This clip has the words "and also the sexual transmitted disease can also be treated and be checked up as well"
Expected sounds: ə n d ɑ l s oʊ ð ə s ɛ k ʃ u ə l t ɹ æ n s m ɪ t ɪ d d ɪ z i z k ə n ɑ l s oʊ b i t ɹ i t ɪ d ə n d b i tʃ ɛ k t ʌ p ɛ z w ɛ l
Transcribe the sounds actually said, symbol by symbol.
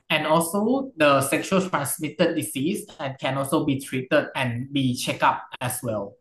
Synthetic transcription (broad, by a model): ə n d ɑ l s oʊ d ə s ɛ k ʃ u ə l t ɹ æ n s m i t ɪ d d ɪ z i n k ə n ɑ l s oʊ b i t ɹ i t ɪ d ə n b i tʃ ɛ k ɑ p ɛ s w ɛ l